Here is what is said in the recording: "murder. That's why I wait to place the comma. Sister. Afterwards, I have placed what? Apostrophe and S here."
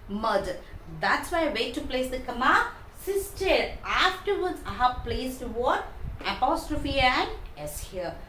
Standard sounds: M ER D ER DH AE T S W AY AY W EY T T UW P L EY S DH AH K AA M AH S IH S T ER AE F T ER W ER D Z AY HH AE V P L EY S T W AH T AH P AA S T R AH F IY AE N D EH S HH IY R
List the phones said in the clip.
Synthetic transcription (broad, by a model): M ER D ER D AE T S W AY AY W EY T T UW P L EY S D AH K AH M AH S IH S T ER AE F T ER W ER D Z AY HH AE V P L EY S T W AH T AH P AA S T R AH F IY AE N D EH S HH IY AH